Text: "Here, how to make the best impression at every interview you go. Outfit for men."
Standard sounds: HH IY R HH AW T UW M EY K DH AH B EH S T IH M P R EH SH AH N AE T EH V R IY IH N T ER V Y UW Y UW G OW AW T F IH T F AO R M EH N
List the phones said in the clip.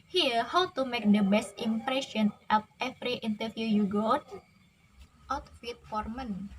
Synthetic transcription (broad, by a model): HH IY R HH AW T UW M EY K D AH B EH S T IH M P R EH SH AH N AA T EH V R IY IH N T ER F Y UW Y UW G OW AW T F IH T F AO R M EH N